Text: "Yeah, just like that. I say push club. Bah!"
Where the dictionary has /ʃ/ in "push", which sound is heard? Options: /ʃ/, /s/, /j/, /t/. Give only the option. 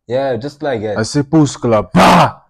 /s/